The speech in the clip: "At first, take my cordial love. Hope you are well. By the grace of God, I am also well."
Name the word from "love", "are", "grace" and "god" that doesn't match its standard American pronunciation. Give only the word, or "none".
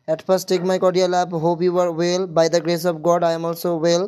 love